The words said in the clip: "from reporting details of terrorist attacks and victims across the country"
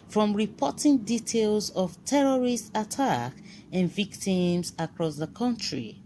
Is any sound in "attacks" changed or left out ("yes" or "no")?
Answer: yes